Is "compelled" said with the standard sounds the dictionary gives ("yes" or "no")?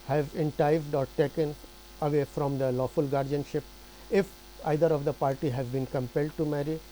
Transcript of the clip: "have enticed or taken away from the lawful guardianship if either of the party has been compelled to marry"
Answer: yes